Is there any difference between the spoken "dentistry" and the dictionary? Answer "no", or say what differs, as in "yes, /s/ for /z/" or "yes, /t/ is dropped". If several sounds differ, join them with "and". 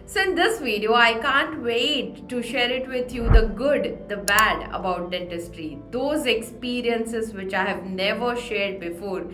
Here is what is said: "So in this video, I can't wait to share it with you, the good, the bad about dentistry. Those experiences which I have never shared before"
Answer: no